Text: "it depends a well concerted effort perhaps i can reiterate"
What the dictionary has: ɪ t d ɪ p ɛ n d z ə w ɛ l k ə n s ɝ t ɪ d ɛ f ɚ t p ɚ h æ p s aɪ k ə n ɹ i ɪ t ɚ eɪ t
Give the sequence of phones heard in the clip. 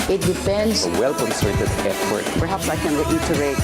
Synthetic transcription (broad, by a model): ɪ t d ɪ f ɛ n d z ə w ɛ l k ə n s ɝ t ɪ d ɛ p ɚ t p ɚ h æ p s aɪ k ə n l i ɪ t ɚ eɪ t